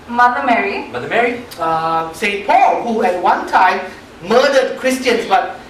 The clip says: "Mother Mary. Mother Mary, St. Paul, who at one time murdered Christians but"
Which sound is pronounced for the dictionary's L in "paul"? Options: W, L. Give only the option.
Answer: L